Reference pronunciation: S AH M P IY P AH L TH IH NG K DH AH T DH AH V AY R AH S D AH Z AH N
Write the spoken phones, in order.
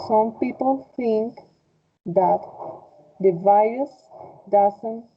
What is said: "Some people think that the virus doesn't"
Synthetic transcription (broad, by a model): S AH M P IY P AH L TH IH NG K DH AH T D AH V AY AH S D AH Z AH N